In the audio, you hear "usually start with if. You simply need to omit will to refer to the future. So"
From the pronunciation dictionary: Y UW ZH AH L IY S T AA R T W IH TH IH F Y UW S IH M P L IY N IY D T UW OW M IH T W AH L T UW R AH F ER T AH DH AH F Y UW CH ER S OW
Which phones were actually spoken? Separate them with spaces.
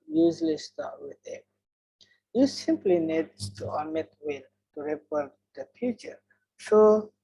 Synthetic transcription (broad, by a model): Y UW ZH L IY S T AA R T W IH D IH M Y UW S IH M P L IY N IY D T UW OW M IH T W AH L T UW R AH P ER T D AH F Y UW CH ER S OW